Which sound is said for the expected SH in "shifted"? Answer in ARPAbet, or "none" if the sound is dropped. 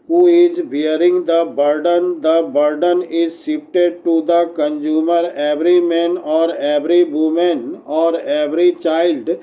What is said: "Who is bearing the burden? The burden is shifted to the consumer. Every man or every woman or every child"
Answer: S